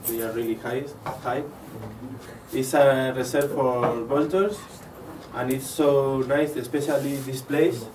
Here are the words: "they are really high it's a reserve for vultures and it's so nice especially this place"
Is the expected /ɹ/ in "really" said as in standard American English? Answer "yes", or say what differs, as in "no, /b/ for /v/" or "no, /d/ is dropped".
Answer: no, /l/ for /ɹ/